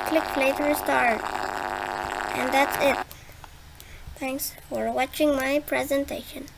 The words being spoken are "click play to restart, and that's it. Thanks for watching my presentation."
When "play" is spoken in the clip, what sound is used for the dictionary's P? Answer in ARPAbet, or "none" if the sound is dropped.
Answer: F